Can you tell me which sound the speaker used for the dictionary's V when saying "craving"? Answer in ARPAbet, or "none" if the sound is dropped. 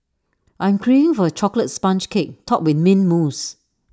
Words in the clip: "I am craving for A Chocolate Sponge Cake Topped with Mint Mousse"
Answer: none